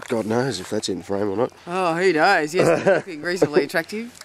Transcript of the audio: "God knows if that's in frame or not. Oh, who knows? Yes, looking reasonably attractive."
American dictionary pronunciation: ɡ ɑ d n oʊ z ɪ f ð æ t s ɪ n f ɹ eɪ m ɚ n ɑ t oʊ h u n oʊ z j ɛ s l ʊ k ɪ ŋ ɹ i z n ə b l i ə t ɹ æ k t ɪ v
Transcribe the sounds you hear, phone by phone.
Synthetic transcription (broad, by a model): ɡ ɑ d n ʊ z ɪ f ð æ t s ɪ n f ɹ eɪ m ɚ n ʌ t oʊ h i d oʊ z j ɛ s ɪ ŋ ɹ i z ə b l i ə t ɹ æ k t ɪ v